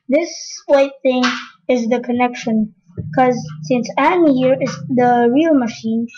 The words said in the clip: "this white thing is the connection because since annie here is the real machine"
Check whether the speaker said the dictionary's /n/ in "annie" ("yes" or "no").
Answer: no